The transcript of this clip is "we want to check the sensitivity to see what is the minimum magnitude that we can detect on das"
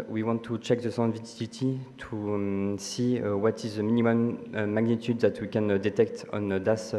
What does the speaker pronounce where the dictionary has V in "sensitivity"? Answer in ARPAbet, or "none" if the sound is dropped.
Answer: none